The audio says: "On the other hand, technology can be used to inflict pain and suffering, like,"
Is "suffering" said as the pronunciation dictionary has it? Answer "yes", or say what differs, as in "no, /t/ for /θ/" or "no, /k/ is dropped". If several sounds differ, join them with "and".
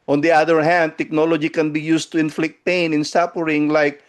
no, /p/ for /f/